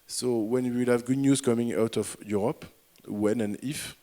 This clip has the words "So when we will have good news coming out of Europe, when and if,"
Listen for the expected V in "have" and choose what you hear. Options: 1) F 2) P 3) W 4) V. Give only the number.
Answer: 4